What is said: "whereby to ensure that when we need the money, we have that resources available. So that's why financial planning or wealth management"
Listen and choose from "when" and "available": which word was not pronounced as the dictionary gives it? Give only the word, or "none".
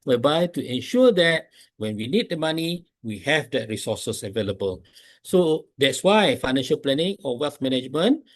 none